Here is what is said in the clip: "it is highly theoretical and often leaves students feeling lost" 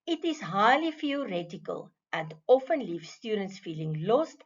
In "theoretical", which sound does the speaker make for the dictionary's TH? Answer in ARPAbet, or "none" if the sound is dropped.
F